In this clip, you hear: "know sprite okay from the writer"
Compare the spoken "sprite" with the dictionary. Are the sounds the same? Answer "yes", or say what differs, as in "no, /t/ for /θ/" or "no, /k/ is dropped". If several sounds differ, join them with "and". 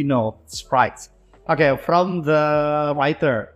no, /p/ is dropped